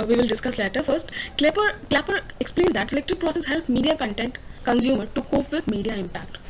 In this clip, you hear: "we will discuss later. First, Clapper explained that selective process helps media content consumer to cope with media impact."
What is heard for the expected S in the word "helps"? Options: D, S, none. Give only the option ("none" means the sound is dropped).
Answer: none